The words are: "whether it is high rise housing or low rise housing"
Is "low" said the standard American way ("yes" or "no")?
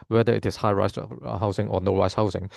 no